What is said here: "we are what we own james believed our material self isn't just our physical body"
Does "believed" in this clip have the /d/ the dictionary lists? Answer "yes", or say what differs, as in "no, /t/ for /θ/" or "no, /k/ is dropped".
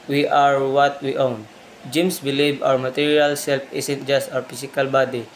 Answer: no, /d/ is dropped